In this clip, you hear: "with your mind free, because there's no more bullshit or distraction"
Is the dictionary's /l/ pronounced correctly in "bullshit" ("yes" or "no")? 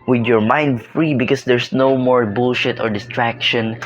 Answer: yes